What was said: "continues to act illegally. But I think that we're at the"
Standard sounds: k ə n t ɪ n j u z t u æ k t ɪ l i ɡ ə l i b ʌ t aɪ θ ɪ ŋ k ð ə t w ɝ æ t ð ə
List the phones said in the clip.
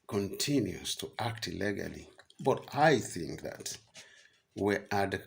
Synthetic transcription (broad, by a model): k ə n t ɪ n j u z t u æ k t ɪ l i ɡ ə l i b ʌ t aɪ θ ɪ ŋ k ð ə t w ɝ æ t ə